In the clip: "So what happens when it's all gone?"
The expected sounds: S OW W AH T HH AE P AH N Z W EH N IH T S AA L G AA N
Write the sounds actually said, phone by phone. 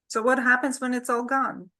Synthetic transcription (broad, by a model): S OW W AH T HH AE P AH N Z W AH N IH T S AA L G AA N